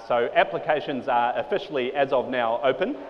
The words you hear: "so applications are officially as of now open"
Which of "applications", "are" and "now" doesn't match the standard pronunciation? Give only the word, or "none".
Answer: none